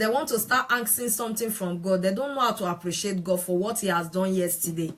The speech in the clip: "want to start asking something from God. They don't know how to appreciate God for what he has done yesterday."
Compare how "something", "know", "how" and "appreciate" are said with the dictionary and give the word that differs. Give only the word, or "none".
something